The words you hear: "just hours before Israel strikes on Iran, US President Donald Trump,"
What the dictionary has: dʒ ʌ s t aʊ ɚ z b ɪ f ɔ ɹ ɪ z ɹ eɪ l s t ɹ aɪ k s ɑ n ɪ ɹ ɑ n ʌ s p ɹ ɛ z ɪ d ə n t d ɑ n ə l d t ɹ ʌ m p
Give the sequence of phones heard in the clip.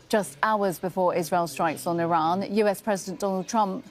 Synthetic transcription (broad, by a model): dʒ ʌ s t aʊ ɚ z b ɪ f ɔ ɹ ɪ z ɹ eɪ l s t ɹ aɪ k s n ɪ ɹ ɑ n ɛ s p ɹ ɛ z ɪ d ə n d ɑ n ə l d t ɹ ʌ m p